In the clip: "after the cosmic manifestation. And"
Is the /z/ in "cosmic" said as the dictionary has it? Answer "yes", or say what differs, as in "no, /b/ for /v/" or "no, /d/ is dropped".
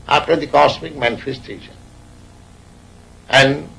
no, /s/ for /z/